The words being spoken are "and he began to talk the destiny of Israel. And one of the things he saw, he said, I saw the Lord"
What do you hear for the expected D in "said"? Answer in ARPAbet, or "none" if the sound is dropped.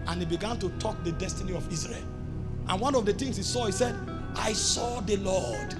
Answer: D